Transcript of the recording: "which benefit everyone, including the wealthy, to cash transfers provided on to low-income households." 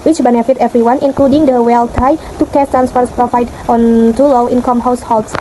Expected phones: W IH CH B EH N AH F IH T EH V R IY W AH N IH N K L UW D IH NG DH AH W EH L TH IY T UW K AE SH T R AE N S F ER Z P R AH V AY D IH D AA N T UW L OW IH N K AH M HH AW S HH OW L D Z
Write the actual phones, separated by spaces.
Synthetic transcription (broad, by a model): W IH CH B EH N AH F IH T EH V R IY W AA N IH N K L UW D IH NG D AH W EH L T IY T UW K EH S T R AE N S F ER S P R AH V AY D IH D AA N T UW L OW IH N K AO M HH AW S HH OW L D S